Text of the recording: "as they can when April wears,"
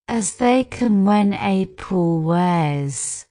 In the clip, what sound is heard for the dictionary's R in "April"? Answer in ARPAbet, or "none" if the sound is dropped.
none